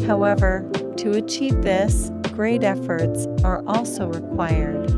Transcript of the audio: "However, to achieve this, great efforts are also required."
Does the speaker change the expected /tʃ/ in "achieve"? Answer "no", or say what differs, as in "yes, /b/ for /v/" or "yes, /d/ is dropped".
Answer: no